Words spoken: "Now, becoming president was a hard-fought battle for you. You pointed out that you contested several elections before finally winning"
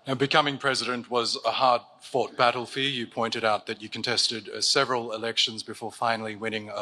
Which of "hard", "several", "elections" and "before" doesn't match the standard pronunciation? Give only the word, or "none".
none